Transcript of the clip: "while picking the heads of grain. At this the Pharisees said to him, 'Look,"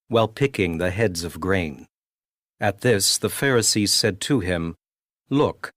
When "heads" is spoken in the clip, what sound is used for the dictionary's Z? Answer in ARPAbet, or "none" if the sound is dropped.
Z